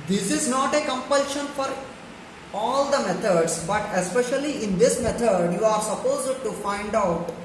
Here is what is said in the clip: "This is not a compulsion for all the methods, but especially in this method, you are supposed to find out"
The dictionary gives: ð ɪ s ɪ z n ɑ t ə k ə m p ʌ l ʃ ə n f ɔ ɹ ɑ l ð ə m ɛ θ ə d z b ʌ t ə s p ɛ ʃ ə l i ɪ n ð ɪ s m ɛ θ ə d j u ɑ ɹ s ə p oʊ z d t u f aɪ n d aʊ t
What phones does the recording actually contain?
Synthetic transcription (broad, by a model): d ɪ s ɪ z n ɑ t ə k ə m p ʌ l ʃ ə n f ɔ ɹ ɑ l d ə m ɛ t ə d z b ʌ t ə s p ɛ ʃ ə l i ɪ n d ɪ s m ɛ t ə d j u ɑ ɹ s ə p oʊ z d t u f aɪ n d aʊ t